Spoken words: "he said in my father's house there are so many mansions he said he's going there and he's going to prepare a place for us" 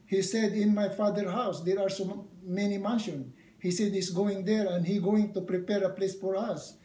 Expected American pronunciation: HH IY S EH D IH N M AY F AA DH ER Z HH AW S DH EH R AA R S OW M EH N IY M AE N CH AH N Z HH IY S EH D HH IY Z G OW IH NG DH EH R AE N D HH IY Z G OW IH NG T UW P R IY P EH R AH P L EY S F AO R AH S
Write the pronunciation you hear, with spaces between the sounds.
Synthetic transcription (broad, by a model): HH IY S EH D IH N M AY F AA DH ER HH AW S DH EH R AA R S OW M EH N IY M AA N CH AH N HH IY S EH D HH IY S G OW IH NG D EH R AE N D HH IY G OW IH NG T UW P R IY P EH R AH P L EY S F AO R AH S